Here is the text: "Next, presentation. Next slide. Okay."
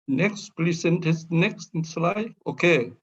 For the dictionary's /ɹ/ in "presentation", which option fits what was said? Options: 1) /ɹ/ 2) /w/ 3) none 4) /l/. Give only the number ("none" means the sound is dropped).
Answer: 4